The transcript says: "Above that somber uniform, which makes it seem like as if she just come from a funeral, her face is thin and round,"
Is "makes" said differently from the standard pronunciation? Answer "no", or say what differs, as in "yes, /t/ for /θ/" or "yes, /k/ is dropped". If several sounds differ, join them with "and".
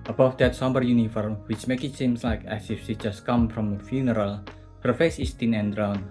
yes, /s/ is dropped